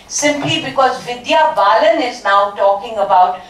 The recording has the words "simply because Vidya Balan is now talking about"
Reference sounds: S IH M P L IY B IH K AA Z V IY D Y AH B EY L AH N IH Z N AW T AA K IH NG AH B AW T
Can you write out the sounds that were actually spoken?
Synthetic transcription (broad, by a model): S IH M P L IY B IH K AA Z V IY D Y AH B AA L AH N IH Z N AW T AA K IH NG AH B AW T